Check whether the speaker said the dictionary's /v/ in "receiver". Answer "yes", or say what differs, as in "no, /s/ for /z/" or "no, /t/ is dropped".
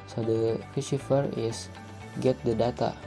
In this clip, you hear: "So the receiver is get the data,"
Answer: no, /f/ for /v/